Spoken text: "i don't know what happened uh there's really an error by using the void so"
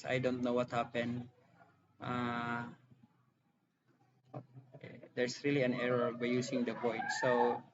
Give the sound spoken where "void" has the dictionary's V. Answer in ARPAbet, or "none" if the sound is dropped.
P